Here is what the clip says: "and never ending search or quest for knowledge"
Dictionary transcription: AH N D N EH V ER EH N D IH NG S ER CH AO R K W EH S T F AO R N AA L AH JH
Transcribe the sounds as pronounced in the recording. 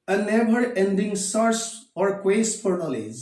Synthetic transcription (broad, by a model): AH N N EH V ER EH N D IH NG S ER S AO R K W EH S T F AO R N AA L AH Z